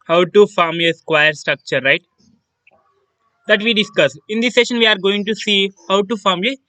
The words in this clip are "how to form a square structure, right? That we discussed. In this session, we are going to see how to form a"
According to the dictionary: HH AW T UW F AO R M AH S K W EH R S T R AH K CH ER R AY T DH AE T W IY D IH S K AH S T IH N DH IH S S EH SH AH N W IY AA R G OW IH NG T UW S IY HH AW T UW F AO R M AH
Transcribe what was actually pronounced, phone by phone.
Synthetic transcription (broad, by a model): HH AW T UW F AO R M AH S K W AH R S T R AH K CH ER R AY T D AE T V IY D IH S K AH S IH N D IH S S EH SH AH N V IY AA R G OW IH NG T UW S IY HH AW T UW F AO R M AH